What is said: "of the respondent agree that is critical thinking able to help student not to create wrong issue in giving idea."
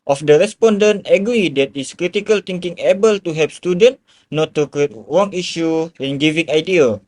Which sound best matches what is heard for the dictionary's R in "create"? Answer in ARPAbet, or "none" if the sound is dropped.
none